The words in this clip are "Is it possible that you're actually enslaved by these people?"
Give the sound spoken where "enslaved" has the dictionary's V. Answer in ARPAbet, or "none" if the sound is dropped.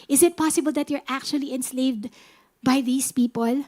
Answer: V